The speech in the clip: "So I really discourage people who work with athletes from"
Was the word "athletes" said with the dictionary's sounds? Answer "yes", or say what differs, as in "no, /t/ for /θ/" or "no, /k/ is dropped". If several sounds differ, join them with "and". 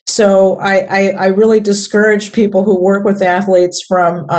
yes